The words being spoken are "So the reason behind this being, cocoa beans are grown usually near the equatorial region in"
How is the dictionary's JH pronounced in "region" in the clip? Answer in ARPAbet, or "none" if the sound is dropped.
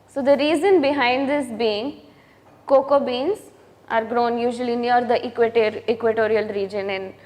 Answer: JH